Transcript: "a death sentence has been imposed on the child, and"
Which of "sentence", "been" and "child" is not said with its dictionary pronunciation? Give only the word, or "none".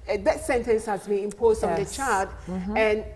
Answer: child